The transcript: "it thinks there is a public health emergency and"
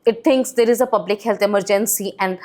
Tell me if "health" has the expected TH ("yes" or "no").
no